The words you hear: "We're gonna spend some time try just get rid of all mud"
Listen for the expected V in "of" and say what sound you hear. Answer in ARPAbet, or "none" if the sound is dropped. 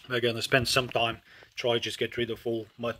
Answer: F